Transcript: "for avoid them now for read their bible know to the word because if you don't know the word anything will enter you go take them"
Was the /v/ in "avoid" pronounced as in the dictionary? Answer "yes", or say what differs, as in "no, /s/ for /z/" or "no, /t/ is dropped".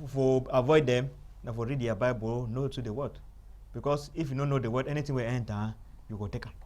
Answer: yes